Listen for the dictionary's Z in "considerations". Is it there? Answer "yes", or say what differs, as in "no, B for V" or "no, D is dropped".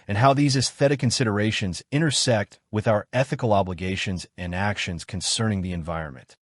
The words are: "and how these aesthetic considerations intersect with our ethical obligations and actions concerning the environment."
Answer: yes